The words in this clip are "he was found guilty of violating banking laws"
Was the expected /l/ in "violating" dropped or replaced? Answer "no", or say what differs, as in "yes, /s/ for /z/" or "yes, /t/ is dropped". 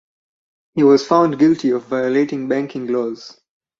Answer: no